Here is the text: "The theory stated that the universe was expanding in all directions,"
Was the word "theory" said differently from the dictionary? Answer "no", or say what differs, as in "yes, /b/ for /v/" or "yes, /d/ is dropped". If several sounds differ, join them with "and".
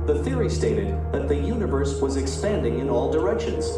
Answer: no